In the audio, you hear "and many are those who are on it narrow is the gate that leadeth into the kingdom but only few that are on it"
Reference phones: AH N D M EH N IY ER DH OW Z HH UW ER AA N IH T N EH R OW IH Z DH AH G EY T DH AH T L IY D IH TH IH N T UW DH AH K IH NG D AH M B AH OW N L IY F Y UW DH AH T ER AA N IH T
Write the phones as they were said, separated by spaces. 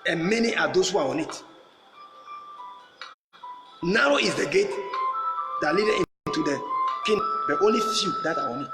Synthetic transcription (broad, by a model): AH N M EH N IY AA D OW S HH UW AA AA N IH T N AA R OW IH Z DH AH G EY T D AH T L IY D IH IH N T UW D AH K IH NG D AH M OW N L IY F Y UW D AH T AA AA N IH T